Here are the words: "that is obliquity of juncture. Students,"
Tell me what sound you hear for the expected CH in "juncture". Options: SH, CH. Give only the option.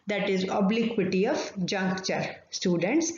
CH